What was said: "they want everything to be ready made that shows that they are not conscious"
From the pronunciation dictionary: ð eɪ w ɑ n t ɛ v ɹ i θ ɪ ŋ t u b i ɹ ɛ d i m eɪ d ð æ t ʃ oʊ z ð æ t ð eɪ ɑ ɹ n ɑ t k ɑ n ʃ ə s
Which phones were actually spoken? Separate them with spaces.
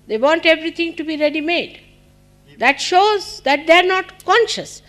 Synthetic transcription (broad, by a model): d eɪ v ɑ n t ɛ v ɹ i t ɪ ŋ t u b i ɹ ɛ d i m eɪ d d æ t ʃ oʊ z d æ t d eɪ ɑ ɹ n ɑ t k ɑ n ʃ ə s